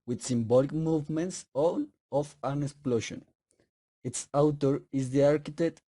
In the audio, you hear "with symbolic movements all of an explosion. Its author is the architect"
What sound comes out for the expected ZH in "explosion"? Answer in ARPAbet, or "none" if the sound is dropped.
SH